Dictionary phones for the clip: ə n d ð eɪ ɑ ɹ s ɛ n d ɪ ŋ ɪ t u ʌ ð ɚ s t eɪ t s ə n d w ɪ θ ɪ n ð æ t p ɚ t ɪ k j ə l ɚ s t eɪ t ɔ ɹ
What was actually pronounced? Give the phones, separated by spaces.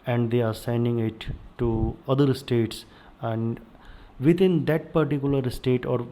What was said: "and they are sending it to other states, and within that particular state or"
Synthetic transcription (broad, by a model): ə n d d eɪ ɑ ɹ s ɛ n d ɪ ŋ ɪ t u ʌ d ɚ s t eɪ t s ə n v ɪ t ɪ n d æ t p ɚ t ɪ k j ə l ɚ s t eɪ t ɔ ɹ